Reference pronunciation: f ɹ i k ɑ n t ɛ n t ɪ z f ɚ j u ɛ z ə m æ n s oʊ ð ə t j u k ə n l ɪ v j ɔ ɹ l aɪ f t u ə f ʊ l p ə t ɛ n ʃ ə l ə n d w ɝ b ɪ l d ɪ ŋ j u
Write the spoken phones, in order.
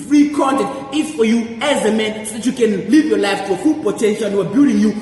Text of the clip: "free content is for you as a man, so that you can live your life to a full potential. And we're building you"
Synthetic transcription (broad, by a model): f ɹ i k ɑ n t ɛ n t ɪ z f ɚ j u ɛ z ə m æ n s oʊ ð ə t j u k ə n l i v j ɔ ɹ l aɪ f t u ə f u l p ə t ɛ n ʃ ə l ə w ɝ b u d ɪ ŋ j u